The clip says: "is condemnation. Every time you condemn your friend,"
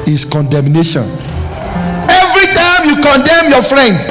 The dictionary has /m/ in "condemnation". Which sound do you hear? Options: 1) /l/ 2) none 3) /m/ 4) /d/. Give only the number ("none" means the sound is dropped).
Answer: 3